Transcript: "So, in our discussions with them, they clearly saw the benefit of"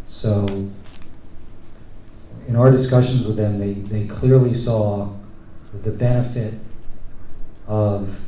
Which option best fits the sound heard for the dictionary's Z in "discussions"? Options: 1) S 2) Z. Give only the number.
2